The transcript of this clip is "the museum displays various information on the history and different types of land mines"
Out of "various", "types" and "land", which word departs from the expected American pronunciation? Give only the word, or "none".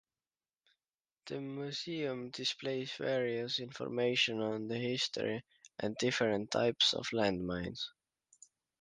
none